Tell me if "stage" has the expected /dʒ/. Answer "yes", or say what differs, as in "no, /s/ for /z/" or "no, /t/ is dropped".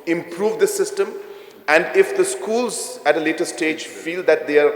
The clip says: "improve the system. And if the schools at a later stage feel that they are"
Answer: yes